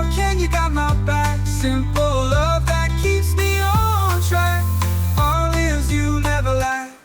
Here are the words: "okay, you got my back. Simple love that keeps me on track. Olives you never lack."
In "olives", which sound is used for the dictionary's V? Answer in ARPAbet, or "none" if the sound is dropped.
none